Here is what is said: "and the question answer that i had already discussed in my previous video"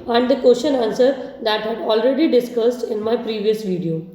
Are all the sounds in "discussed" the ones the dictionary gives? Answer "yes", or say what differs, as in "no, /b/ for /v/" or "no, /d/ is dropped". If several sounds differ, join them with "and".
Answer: yes